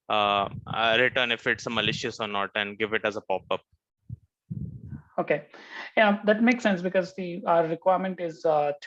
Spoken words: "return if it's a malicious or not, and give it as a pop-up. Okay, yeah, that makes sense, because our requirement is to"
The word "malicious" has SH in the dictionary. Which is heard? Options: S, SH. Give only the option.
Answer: SH